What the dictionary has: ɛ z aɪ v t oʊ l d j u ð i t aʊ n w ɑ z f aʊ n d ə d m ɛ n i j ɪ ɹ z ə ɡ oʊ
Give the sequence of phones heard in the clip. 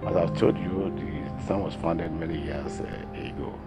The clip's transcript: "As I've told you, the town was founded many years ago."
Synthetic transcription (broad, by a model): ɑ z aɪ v t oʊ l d j u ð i s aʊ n w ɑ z f aʊ n d ə d m ɛ n i j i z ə ɡ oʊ